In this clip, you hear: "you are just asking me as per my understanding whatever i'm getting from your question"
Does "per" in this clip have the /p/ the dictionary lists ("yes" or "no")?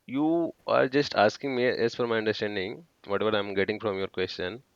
no